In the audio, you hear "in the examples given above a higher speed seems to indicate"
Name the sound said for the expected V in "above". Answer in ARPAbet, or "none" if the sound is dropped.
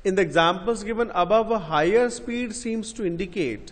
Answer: V